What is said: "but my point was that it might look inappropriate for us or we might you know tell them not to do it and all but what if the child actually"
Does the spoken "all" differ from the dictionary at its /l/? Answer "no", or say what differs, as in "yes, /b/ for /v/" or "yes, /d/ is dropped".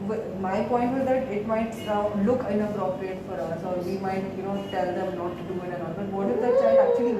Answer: yes, /n/ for /l/